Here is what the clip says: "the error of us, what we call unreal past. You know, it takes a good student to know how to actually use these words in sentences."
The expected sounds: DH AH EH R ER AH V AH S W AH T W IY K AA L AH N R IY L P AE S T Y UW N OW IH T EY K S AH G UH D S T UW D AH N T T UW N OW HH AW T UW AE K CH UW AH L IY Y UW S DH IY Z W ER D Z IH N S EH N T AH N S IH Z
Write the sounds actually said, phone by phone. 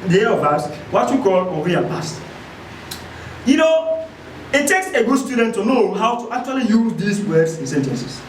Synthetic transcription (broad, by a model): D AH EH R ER AH V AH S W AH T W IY K AA L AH R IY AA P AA S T Y UW N OW IH T EY K S AH G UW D S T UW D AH N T T UW N OW HH AW T UW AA K CH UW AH L IY Y UW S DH IY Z W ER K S IH N S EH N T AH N S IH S